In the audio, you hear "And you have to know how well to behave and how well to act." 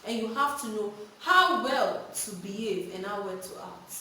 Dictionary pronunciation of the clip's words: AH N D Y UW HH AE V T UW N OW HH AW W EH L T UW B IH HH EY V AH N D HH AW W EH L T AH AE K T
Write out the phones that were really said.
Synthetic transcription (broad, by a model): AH N Y UW HH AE F T UW N OW HH AW W EH L T UW B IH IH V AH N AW W EH L T AH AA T